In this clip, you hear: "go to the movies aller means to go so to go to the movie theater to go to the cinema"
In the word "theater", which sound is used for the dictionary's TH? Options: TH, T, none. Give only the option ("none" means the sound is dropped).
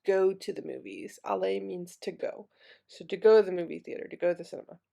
TH